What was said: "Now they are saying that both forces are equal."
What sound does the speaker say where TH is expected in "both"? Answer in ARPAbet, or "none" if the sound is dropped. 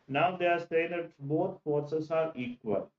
T